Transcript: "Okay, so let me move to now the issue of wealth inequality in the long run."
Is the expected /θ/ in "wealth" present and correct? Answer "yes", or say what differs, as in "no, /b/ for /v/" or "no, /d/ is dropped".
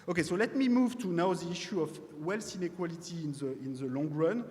no, /s/ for /θ/